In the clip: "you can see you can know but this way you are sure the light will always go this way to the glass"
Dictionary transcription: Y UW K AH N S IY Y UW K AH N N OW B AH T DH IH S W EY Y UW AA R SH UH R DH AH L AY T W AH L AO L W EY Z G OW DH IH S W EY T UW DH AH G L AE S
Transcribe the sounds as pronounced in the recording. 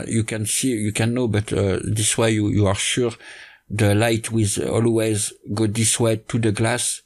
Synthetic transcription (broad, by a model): Y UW K AH N S IY Y UW K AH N N OW B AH T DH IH S W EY Y UW AA R SH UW R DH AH L AY T W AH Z AO L W EY Z G OW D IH S W EY T UW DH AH G L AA S